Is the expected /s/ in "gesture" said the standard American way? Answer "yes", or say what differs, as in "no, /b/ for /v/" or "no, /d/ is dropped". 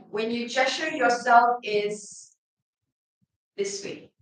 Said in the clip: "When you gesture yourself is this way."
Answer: no, /s/ is dropped